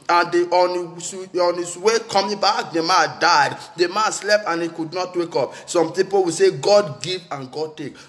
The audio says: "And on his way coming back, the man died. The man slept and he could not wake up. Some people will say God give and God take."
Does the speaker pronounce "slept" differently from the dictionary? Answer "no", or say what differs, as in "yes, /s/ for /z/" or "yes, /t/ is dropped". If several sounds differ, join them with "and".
no